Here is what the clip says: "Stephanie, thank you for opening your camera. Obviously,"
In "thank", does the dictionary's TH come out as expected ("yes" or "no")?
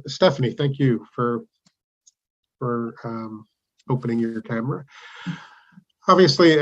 yes